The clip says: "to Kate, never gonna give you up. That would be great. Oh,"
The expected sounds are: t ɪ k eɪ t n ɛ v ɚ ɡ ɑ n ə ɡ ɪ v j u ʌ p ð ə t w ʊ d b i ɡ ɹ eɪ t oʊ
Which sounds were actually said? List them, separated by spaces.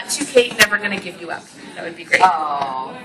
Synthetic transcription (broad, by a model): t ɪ k eɪ t n ɛ v ɚ ɡ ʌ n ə ɡ ɪ v j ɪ ʌ p ð ə t w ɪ d b i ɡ ɹ eɪ oʊ